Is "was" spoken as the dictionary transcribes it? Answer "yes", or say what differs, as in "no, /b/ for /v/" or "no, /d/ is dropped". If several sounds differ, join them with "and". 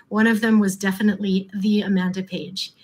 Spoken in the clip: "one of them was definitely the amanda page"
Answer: yes